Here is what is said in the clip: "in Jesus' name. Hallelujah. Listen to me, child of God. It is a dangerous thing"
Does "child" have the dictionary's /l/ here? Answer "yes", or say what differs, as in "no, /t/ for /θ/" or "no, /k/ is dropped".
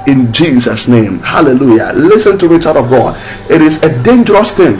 no, /l/ is dropped